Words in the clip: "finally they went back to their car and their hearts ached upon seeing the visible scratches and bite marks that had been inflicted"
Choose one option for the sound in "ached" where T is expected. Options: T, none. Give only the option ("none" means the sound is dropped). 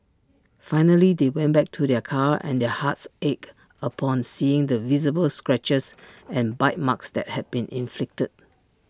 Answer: none